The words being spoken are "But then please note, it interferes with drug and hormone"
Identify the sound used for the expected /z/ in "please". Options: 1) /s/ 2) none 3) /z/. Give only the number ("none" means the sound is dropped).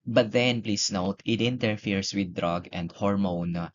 1